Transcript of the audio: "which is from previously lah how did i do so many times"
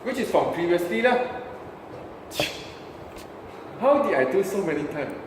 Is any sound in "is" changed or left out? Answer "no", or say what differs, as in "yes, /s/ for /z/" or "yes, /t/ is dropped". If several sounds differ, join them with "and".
yes, /s/ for /z/